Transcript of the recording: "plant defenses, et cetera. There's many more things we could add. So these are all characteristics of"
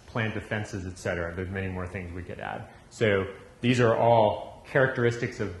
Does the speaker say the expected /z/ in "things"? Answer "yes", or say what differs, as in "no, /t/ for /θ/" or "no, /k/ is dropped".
yes